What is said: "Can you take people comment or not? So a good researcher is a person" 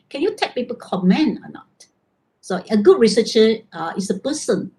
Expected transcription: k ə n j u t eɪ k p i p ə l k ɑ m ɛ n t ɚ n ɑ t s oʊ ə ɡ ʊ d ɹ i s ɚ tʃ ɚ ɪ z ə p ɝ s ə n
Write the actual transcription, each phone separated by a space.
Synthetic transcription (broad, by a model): k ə n j u t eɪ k p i p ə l k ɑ m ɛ n ɚ n ɑ t s oʊ ə ɡ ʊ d ɹ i s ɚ tʃ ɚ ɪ s ə p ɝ s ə n